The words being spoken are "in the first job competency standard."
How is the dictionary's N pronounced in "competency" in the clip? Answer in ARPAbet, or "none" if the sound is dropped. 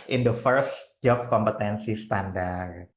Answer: N